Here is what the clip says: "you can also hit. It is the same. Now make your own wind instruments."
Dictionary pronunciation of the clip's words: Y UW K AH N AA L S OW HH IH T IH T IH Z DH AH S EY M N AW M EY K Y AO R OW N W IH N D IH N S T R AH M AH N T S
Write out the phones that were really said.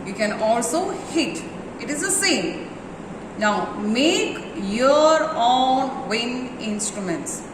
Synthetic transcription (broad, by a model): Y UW K AH N AA L S OW HH IH T IH T IH Z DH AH S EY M N AW M EY K Y AO R OW N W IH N IH N S T R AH M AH N T S